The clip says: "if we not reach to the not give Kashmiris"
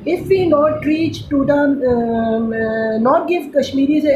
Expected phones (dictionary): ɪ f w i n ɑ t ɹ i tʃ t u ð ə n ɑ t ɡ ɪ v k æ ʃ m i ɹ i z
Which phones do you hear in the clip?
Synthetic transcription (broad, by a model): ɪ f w i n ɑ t ɹ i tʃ t u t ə n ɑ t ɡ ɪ f k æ ʃ m i ɹ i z